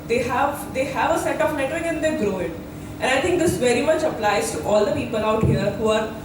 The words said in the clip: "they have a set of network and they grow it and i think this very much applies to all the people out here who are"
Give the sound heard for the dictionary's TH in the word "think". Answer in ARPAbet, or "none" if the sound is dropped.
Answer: T